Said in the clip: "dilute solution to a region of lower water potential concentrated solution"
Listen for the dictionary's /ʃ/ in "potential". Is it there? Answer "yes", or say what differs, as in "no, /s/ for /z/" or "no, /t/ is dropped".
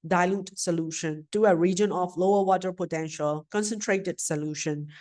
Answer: yes